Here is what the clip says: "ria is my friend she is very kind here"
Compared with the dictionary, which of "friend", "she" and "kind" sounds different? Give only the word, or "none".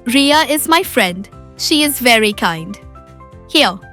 none